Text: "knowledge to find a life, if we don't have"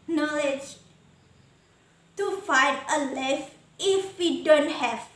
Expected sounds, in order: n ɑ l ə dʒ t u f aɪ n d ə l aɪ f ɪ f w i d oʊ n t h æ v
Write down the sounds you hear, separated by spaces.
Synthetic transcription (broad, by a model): n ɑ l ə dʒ t u f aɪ d ə l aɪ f ɪ f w i d oʊ n t h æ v